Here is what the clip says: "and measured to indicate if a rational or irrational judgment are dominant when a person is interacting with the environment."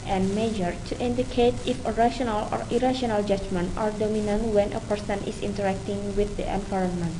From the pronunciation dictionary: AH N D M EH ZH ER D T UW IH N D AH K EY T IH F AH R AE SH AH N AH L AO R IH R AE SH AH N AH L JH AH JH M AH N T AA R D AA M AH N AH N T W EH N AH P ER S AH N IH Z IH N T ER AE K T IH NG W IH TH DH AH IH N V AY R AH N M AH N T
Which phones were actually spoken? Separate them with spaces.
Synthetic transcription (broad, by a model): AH N M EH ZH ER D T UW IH N D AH K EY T IH F AH R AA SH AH N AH L AO R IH R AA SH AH N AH L JH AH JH M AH N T AA R D AA M AH N AH N T W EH N AH P ER S AH N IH S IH N T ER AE K T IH NG W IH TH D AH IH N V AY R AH N M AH N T